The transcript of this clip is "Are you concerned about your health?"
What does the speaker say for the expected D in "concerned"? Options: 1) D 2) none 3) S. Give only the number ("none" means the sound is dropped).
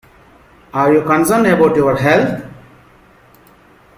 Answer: 2